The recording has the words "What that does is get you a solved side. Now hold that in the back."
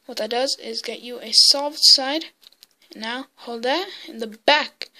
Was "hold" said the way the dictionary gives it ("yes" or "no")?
yes